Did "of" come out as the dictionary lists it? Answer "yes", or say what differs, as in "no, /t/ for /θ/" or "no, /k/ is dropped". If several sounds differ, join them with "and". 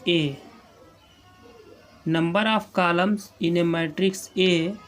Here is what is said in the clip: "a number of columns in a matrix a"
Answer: no, /p/ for /v/